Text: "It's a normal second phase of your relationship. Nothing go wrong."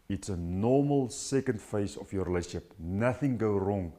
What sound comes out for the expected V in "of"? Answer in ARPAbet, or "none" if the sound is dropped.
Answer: F